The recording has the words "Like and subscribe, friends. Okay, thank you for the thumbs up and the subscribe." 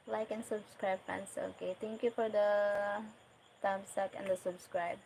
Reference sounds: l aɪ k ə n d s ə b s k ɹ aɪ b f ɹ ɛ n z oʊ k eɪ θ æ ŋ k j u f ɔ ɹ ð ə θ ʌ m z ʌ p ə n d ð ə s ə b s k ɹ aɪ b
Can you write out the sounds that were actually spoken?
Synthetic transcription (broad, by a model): l aɪ k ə n s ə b s k ɹ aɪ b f ɛ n s oʊ k eɪ t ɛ ŋ k j u f ɔ ɹ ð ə t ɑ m s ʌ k ə n d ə s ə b s k ɹ aɪ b